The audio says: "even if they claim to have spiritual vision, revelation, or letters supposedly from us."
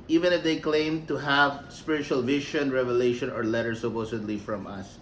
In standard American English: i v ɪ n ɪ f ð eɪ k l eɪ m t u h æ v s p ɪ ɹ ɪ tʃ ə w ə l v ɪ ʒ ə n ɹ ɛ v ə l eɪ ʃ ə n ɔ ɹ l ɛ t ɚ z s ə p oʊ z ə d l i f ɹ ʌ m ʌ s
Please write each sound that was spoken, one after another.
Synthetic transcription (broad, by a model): i v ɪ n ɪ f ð eɪ k l eɪ m t u h æ v s p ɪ ɹ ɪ tʃ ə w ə l v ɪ ʃ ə n ɹ ɛ v ə l eɪ ʃ ə n ɔ ɹ l ɛ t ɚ s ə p oʊ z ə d l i f ɹ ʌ m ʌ s